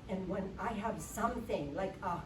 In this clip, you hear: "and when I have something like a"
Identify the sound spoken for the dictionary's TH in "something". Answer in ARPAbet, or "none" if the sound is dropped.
TH